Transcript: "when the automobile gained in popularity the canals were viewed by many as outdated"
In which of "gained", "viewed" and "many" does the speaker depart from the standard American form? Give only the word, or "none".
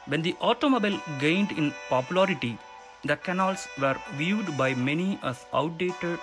none